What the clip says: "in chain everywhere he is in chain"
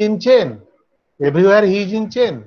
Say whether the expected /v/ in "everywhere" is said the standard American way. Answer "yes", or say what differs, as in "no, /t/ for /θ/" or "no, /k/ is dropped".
no, /b/ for /v/